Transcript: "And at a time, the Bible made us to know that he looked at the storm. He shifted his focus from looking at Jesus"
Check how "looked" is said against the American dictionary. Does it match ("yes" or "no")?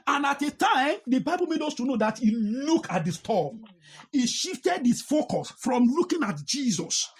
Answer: no